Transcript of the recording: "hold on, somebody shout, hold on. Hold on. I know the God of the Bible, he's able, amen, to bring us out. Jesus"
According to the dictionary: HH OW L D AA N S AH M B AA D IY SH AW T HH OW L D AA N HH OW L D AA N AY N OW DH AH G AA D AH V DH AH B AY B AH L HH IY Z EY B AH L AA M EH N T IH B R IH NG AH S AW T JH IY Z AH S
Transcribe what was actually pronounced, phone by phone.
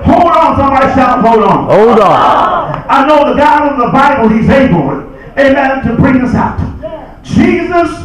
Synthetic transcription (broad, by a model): HH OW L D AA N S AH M AA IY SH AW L HH OW L D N OW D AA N AY N OW DH AH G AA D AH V DH AH B AY B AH L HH IY Z EY B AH L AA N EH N T IH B R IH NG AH S AW T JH IY Z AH S